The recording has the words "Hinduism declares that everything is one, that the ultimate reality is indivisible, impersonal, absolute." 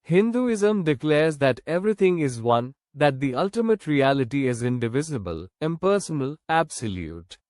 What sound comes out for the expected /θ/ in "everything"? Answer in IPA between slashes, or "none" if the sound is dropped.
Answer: /t/